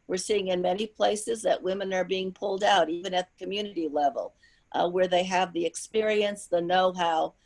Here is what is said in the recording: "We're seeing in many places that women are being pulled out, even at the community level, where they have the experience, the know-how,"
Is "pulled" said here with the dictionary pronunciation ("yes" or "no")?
yes